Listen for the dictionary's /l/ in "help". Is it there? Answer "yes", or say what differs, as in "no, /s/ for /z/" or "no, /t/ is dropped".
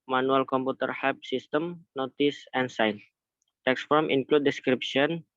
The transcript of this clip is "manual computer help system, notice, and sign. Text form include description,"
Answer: no, /l/ is dropped